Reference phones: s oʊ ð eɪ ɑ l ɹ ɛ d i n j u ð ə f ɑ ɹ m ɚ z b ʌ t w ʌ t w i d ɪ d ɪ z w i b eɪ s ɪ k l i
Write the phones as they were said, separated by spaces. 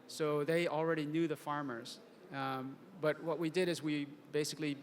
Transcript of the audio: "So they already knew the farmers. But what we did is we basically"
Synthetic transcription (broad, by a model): s oʊ ð eɪ ɑ l ɹ ɛ d i n j u ð ə f ɑ ɹ m ɚ z b ʌ t w ʌ t w i d ɪ d ɪ z w i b eɪ s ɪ k l i